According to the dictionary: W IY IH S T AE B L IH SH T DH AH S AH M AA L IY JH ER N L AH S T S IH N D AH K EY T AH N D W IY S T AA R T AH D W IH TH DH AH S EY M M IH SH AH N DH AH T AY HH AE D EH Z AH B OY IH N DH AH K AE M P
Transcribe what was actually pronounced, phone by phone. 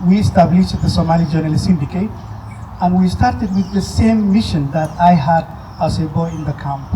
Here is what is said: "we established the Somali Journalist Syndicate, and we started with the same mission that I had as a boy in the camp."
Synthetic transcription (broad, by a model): W IY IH S T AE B L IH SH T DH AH S AH M AA L IY JH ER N AH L S IH N D AH K EY T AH N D W IY S T AA R T AH D W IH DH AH S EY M M IH SH AH N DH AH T AY HH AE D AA S AH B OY IH N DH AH K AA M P